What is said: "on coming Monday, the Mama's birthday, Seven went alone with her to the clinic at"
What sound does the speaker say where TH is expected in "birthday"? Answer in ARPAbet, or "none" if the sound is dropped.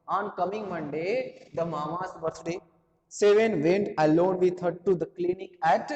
T